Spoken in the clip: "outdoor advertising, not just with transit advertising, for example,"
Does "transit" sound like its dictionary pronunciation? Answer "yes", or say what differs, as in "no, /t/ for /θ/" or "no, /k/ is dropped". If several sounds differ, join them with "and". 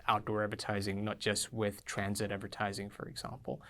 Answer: yes